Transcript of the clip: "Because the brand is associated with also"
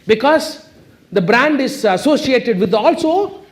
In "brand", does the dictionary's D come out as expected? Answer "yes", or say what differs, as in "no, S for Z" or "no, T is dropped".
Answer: yes